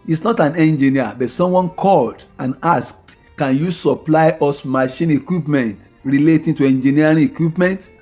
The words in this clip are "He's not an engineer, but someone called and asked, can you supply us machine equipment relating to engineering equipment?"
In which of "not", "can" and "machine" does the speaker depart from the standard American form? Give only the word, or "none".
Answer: none